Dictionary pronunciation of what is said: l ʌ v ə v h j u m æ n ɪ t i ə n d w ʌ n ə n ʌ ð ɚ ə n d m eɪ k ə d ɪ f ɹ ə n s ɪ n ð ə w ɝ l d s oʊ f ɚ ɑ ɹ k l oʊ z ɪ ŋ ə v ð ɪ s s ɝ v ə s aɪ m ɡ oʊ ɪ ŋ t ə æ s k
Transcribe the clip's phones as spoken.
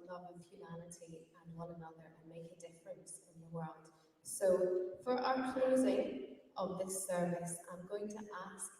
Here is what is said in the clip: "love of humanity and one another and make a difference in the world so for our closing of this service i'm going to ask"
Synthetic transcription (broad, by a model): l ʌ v ə v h j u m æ l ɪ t i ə n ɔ l ə n ʌ ð ɚ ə n m eɪ k ə d ɪ f ɹ ə n s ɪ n ð ə w ɝ l d s oʊ f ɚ ɑ ɹ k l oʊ z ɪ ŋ ə v ð ɪ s s ɝ v ə s aɪ m ɡ oʊ ɪ ŋ t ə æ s